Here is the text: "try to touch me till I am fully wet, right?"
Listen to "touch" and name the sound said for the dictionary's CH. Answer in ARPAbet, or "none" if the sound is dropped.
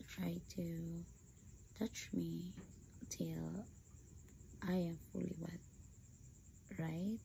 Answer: CH